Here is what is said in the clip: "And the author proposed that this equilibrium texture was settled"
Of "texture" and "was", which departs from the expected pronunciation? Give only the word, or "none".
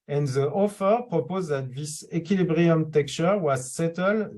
texture